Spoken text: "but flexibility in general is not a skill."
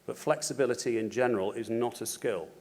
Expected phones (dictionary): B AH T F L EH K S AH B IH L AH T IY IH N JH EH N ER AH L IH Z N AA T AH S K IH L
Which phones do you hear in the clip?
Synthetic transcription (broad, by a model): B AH T F L EH K S AH B IH L AH T IY IH N JH EH N ER AH L IH Z N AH T AH S K IH L